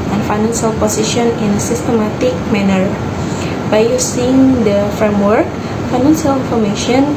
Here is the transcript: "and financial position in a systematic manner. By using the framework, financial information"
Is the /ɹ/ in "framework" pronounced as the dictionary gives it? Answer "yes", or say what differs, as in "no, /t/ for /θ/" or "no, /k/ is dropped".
yes